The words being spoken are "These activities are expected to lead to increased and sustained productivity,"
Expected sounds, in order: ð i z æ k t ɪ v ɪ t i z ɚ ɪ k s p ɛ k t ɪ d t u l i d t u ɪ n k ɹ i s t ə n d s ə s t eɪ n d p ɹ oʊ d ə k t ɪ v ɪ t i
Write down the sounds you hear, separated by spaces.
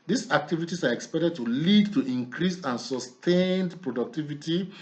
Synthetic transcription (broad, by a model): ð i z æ k t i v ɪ t i s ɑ ɪ k s p ɛ k t ɪ d t u l i d t u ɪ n k ɹ i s ə n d s ə s t eɪ n d p ɹ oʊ d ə k t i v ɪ t i